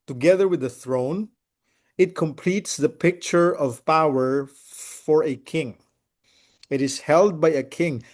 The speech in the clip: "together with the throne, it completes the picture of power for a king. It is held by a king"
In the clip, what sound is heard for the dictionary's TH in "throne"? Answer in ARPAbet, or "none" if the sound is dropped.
TH